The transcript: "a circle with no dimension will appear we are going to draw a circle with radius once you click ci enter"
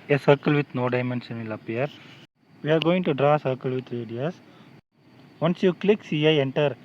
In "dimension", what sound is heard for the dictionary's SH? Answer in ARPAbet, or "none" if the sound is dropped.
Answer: S